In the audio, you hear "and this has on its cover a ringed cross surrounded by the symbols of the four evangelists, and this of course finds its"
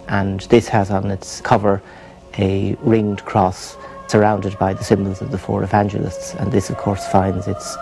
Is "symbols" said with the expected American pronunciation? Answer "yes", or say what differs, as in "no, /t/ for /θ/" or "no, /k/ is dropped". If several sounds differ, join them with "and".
yes